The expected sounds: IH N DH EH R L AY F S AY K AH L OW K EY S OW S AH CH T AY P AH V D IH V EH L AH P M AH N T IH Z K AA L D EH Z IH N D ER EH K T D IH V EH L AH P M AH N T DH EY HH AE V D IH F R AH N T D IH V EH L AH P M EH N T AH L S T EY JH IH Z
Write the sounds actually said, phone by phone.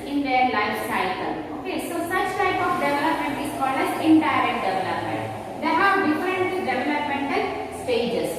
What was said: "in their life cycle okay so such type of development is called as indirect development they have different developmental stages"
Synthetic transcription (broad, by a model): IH N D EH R L AY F S AY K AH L OW K EY S OW S AH CH T AY P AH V D IH V EH L AH P M AH N T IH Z K AA L D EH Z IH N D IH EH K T D IH V EH L AH P M AH N T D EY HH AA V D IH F R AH N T D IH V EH L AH P M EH N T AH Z S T EY JH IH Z